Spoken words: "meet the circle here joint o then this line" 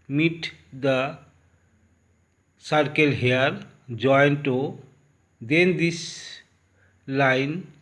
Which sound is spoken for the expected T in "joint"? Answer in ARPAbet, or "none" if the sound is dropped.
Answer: T